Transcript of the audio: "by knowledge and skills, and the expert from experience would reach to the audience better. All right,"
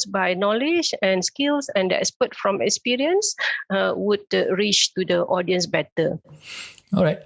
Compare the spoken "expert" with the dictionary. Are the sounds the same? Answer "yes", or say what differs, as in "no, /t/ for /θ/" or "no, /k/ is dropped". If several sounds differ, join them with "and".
no, /k/ is dropped